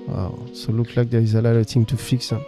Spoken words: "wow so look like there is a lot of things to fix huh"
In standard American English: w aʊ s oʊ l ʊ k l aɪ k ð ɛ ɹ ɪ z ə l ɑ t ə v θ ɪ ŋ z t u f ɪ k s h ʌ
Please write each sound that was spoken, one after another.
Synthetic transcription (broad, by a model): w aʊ s oʊ l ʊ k l aɪ k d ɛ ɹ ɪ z ə l ɑ t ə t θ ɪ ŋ t u f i k s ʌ